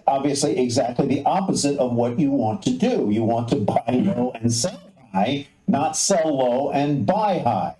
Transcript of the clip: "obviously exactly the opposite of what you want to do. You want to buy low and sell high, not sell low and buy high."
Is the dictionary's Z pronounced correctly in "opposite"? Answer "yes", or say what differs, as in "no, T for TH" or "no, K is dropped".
yes